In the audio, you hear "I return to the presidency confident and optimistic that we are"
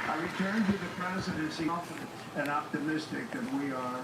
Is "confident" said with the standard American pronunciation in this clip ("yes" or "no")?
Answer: no